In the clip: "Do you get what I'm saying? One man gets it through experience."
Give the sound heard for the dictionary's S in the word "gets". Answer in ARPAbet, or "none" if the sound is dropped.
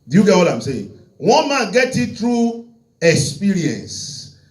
none